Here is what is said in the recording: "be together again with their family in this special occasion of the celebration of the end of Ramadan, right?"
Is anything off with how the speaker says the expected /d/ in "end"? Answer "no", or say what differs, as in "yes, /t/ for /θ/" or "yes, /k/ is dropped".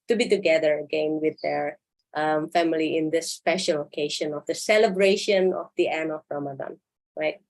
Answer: yes, /d/ is dropped